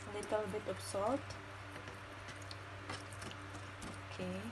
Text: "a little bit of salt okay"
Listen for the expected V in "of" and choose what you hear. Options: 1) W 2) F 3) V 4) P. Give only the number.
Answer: 4